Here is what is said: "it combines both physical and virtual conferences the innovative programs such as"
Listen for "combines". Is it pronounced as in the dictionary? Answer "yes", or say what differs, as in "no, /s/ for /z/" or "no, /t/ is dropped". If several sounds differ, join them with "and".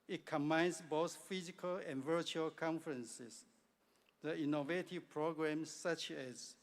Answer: no, /s/ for /z/